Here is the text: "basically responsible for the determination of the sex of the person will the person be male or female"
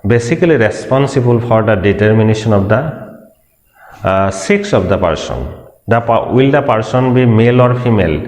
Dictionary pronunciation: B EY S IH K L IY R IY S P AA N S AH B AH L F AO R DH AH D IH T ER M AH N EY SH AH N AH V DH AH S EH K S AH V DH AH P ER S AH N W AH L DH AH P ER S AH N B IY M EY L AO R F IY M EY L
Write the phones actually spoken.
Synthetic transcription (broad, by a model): B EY S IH K L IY R IY S P AA N S AH B AH L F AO R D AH D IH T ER M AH N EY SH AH N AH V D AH S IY K S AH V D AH P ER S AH N W AH L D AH P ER S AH N B IY M EY L AO R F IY M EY L